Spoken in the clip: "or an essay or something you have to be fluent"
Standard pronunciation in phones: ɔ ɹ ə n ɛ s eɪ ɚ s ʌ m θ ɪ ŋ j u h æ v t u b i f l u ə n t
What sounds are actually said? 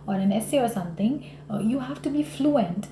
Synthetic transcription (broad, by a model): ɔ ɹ ə n ɛ s eɪ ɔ s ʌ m t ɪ ŋ j u h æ f t u b i f l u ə n t